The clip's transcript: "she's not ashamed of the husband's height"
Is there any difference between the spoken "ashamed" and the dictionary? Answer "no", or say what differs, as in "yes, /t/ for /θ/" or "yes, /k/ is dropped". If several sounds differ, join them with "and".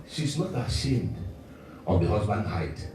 no